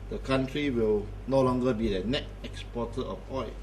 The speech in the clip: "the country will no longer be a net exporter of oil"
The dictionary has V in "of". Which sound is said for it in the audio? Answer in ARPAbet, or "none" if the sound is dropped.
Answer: P